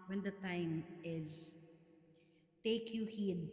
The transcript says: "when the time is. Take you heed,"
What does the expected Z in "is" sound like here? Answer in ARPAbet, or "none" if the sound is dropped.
Z